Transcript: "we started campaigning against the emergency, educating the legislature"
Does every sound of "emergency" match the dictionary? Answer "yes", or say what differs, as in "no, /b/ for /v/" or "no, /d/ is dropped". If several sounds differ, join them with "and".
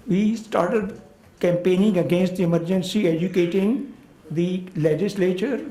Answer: yes